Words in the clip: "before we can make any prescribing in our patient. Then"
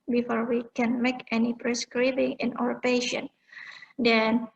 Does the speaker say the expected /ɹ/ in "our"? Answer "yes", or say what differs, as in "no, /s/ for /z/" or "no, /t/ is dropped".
no, /w/ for /ɹ/